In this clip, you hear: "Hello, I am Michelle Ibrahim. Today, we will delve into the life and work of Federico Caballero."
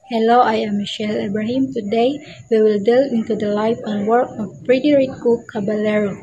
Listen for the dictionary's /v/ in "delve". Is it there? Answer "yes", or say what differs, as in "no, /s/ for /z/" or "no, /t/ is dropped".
no, /v/ is dropped